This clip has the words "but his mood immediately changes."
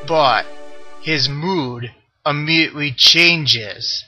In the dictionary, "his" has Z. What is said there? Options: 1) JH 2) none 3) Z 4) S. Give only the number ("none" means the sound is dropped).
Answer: 3